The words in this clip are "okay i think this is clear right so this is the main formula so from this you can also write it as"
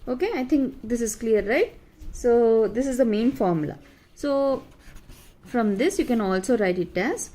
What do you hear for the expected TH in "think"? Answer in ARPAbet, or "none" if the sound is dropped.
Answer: T